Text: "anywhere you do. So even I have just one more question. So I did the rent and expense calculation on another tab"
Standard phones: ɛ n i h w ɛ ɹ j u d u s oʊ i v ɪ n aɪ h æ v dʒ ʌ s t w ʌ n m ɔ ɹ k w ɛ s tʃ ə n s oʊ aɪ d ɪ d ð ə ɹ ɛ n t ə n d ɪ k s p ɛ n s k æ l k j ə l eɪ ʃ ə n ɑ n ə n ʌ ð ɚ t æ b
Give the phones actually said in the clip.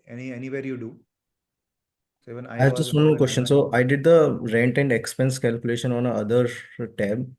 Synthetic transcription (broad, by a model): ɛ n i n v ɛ ɹ j u d u s oʊ i v ɪ n aɪ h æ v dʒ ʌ s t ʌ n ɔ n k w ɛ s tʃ ə n s oʊ aɪ d ɪ d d ə ɹ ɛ n t ə n d ɪ k s p ɛ n s k æ l k j ə l eɪ ʃ ə n ɑ n ə ʌ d ɚ t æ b